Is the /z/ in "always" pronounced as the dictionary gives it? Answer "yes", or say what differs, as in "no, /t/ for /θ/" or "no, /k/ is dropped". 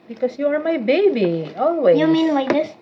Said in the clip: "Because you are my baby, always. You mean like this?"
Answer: no, /z/ is dropped